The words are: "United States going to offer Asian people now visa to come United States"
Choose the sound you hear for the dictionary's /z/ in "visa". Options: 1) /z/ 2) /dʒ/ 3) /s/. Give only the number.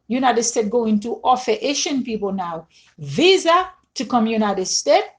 1